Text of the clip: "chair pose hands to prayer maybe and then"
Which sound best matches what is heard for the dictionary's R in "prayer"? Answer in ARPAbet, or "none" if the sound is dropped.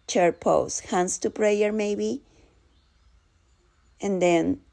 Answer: R